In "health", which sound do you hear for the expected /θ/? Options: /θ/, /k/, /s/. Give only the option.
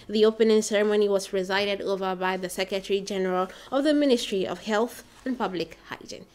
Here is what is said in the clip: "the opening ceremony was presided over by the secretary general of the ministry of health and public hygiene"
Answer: /θ/